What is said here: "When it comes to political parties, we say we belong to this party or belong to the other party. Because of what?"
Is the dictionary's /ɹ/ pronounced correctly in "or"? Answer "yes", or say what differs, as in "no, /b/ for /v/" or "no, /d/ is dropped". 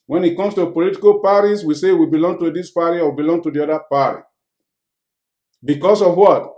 no, /w/ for /ɹ/